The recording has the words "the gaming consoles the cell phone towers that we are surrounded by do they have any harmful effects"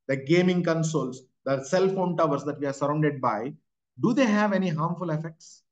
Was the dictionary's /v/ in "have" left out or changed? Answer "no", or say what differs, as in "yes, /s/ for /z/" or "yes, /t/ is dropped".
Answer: no